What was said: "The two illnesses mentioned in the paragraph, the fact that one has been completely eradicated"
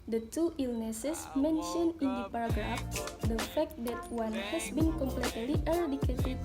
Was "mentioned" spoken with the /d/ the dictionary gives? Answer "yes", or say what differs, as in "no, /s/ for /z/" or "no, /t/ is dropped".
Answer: no, /d/ is dropped